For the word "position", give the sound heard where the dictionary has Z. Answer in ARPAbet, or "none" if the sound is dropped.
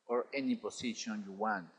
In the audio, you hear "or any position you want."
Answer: S